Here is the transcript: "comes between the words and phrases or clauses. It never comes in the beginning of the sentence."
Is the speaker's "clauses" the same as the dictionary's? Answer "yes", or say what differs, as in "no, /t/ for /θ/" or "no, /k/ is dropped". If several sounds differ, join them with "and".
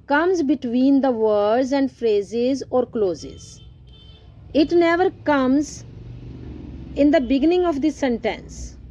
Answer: yes